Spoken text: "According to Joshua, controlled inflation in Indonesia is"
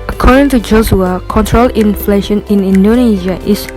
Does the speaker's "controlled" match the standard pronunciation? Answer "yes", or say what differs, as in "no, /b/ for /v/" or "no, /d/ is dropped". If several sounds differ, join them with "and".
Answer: no, /d/ is dropped